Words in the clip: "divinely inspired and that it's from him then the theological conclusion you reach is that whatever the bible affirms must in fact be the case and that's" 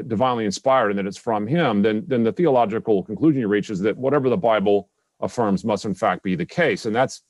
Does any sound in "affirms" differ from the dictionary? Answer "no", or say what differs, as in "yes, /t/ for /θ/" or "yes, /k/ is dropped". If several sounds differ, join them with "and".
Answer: no